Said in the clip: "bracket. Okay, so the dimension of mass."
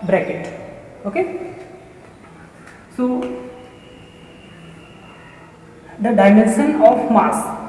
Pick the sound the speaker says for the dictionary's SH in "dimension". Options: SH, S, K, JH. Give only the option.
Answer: S